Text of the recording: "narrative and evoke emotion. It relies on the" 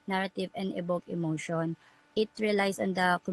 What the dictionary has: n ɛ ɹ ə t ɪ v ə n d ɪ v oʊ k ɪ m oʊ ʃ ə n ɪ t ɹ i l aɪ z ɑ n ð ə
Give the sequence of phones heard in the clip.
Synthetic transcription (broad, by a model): n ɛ ɹ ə t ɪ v ə n d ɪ b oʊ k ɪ m oʊ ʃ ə n ɪ t ɹ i l aɪ s ɑ n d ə